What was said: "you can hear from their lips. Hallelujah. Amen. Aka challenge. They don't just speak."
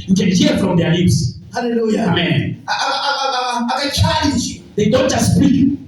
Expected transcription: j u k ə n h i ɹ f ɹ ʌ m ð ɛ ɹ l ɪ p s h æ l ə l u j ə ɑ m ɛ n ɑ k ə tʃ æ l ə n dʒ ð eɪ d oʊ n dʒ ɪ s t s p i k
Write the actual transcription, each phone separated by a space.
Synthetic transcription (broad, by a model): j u k ə n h i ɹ f ɹ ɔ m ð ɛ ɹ l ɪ p s h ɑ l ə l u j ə ɑ m ɛ n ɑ ə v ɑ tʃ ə l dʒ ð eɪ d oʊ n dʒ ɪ s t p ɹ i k